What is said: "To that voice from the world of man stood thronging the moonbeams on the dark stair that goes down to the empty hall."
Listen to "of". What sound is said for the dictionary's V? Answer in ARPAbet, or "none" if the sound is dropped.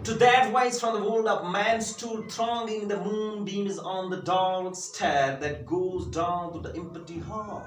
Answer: P